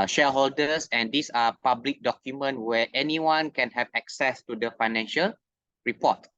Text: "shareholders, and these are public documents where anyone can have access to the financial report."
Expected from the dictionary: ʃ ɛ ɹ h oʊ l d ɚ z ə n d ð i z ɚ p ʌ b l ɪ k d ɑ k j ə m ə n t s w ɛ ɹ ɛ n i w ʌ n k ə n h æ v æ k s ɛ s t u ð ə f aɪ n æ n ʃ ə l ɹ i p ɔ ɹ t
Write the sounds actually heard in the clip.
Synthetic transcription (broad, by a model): ʃ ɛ h oʊ l d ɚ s ə n d i s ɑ p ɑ b l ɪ k d ɑ k j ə m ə n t w ɛ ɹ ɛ n i w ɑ n k ə n h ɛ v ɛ k s ɛ s t u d ə f aɪ n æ n ʃ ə l ɹ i p ɔ t